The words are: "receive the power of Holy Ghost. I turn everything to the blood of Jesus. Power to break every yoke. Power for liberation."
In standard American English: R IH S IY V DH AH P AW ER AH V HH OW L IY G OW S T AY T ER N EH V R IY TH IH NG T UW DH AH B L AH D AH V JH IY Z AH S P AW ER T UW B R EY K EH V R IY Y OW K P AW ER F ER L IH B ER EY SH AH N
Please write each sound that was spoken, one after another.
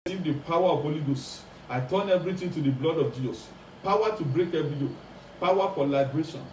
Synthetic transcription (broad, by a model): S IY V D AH P AW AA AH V HH OW L IY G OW S AY T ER N EH V R IY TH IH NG T UW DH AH B L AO D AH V JH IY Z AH S P AW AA T UW B R EY K EH V R IY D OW P AW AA F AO L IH B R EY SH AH N